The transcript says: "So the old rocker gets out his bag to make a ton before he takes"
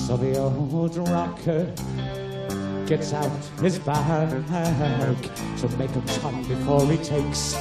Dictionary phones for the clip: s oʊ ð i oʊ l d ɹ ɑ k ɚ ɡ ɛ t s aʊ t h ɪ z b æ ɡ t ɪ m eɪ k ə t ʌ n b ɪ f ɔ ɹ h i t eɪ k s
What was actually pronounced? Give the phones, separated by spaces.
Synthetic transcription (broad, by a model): s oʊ ð i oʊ d ɹ ɑ k ɚ ɡ ɛ t s aʊ t h ɪ z b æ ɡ t ɪ m eɪ k ə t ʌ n b ɪ f ɔ ɹ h i t eɪ k s